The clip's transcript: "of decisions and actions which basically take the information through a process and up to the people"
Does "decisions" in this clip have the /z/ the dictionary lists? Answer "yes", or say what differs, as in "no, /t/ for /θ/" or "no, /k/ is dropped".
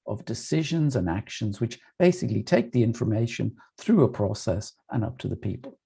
yes